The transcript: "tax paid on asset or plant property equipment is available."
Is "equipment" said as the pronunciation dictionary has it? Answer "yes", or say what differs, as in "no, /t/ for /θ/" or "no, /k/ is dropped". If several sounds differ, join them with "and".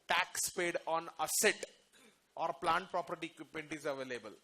no, /m/ is dropped